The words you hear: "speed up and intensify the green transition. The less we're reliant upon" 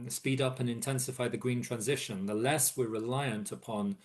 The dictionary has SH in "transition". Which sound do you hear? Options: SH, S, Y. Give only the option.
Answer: SH